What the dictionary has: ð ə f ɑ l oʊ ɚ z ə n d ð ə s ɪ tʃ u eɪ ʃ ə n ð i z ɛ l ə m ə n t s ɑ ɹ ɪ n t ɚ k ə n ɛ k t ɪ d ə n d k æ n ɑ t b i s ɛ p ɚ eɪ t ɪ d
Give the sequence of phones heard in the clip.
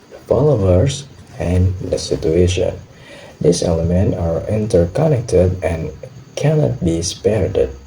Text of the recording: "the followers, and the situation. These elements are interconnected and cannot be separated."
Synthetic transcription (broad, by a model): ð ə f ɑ l oʊ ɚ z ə n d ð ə s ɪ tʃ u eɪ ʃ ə n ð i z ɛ l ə m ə n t ɑ ɹ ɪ n t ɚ k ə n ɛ k t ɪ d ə n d k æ n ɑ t b i s p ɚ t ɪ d